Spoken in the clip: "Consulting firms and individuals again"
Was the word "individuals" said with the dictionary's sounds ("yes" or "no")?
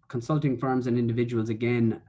yes